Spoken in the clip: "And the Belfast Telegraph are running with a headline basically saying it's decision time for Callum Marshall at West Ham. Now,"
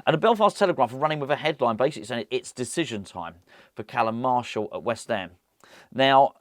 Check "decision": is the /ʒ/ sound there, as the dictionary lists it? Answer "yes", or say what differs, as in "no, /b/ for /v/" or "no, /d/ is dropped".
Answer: yes